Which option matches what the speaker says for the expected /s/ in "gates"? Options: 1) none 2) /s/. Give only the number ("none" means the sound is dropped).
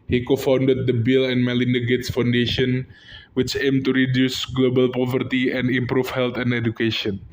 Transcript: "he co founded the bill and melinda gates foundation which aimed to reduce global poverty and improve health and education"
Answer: 2